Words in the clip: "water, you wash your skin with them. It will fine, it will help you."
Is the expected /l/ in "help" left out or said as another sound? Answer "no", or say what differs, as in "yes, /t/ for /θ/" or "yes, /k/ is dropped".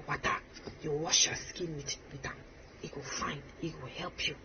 no